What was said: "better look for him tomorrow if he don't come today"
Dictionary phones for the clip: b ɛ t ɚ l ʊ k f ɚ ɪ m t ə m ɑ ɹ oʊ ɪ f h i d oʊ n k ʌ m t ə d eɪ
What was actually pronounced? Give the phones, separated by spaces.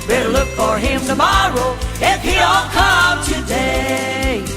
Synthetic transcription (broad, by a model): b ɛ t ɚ l ʊ k f ɚ ɪ m t ə m ɑ ɹ oʊ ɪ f h i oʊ l k ʌ m t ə d eɪ